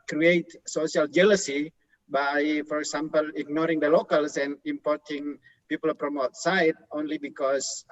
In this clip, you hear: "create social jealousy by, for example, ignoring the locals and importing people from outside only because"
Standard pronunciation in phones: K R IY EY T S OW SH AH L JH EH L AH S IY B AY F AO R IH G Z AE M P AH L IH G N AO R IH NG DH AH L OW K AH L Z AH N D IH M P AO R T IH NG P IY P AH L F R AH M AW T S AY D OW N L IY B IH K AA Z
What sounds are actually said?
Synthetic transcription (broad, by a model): K R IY EY T S OW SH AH L JH EH L AH S IY B AY F AO R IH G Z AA M P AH L IH G N AO R IH NG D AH L OW K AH L S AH N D IH M P AO R T IH NG P IY P AH L P R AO M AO T S AY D OW N L IY B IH K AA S